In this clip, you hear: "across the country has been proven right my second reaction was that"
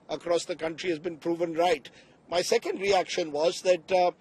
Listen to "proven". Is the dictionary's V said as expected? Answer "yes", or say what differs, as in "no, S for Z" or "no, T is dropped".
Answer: yes